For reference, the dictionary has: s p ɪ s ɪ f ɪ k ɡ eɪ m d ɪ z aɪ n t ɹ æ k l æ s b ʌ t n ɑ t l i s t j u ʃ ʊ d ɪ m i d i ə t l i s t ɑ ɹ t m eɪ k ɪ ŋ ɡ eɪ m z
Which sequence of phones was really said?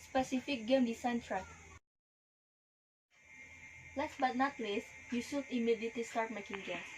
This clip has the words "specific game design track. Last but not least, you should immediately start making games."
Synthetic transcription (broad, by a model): s p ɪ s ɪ f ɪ k ɡ eɪ m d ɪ s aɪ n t ɹ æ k l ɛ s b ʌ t n ɑ t l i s j u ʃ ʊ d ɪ m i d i t i s t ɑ ɹ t m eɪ k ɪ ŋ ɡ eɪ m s